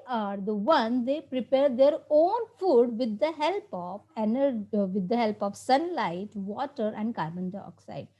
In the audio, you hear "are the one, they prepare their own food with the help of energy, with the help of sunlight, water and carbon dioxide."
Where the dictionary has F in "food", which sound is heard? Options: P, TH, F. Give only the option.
F